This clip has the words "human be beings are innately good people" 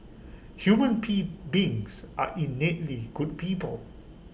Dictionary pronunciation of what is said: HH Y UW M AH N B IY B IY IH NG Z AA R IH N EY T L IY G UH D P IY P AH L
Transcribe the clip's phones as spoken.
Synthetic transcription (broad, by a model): HH Y UW M AH N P IY B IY NG S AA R IH N EY T L IY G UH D P IY P AH L